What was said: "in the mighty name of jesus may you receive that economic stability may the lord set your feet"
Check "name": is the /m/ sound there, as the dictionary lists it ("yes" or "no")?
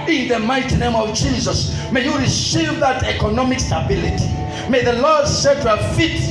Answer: yes